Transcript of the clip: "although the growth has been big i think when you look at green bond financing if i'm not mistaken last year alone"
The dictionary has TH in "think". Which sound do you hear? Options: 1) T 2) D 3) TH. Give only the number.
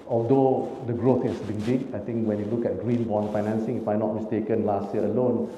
1